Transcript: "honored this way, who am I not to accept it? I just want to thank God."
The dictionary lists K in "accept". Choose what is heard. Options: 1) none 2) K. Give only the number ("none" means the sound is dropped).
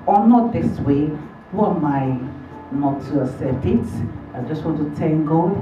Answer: 1